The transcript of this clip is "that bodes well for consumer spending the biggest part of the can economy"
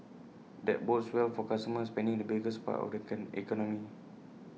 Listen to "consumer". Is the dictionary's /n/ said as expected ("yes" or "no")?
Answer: no